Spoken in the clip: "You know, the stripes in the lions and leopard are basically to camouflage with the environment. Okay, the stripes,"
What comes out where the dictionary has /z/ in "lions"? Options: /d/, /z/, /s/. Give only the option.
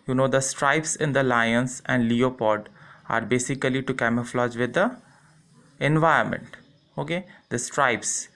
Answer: /s/